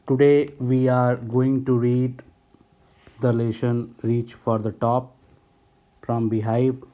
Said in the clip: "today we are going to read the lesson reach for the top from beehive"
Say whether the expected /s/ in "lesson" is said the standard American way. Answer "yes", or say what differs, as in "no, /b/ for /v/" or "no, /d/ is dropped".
no, /ʃ/ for /s/